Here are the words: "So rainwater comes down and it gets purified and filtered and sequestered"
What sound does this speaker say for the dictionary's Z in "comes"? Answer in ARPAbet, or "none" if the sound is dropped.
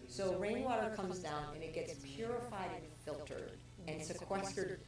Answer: Z